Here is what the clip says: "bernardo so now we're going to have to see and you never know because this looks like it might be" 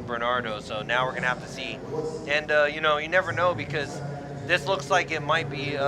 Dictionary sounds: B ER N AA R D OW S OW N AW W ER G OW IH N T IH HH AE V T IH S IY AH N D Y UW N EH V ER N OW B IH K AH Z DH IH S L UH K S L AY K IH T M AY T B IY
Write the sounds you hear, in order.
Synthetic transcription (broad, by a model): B ER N AA R D OW S OW N AW W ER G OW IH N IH HH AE F T IH S IY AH N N Y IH N EH V ER N OW B IH K AH Z DH IH S L UH K S L AY K IH T M AY T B IY